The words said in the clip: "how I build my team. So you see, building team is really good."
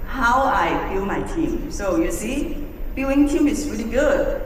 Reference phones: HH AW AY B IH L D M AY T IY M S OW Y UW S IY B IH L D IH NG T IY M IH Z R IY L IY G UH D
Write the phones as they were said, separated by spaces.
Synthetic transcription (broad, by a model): HH AW AY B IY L M AY T IY M S OW Y UW S IY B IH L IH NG T IY M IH S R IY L IY G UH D